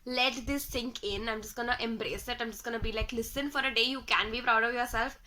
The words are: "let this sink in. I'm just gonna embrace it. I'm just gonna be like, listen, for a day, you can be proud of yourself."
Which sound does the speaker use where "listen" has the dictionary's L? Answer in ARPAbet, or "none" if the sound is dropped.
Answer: L